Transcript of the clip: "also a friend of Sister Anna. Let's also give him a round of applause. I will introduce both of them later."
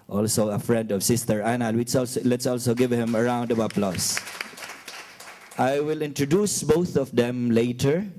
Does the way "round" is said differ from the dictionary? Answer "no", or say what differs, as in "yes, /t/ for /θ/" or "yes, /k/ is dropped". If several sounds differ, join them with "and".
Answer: no